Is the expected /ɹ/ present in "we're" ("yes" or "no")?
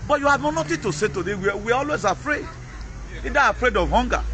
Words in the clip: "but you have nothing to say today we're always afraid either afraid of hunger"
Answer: no